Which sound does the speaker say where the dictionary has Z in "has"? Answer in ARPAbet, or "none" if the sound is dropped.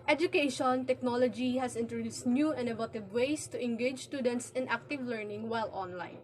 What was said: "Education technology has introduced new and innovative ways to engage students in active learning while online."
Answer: S